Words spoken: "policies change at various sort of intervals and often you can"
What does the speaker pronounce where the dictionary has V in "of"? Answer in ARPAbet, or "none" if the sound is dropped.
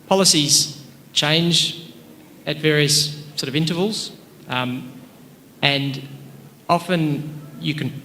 V